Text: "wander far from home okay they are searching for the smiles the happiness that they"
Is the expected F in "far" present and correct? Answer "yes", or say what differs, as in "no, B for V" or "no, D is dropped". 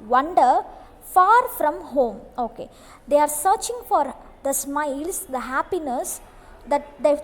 yes